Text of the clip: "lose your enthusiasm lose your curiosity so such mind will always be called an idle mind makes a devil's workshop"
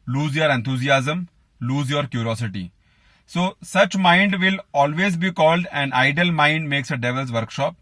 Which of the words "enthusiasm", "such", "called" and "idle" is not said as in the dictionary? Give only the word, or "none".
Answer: enthusiasm